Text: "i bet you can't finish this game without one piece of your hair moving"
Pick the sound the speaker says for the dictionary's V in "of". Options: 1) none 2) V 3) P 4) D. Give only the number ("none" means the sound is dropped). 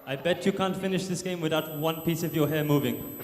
2